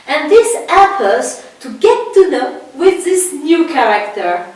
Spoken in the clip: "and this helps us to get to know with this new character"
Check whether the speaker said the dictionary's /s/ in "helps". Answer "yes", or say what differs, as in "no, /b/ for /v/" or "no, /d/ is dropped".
no, /s/ is dropped